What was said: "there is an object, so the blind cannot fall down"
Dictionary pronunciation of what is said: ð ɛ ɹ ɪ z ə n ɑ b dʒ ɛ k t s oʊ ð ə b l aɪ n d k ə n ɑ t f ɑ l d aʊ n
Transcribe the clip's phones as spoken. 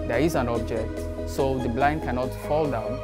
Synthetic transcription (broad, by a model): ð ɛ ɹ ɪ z ə n ɑ b dʒ ɛ k t s oʊ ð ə b l aɪ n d k ə n ɑ t f ɑ l d aʊ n